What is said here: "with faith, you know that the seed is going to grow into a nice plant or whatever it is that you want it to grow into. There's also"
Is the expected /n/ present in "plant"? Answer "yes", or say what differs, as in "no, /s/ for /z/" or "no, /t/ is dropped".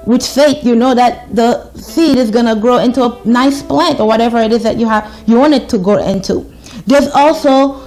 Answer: yes